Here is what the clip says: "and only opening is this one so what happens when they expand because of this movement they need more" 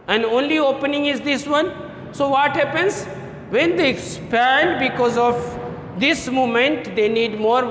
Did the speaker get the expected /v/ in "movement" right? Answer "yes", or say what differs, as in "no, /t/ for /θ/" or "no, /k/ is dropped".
no, /v/ is dropped